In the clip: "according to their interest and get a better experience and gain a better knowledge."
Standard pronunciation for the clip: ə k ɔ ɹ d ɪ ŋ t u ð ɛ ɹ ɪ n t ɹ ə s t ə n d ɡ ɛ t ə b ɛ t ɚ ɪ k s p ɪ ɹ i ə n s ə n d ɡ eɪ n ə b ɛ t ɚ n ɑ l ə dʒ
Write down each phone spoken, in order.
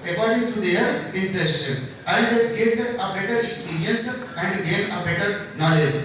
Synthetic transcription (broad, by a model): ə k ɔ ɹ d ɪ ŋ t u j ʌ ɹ ɪ n t ɹ ə s t ə n d ɡ ɛ t ə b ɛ t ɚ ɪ k s p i ɹ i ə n s ə n d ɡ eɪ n ə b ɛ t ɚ n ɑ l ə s